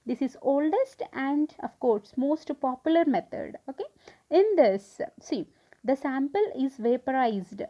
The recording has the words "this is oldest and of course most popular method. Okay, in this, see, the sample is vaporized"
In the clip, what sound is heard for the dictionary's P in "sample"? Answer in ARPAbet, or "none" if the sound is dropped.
P